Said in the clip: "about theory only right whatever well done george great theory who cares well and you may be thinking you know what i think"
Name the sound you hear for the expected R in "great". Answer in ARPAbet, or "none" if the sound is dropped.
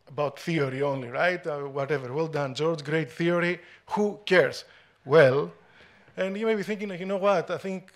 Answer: R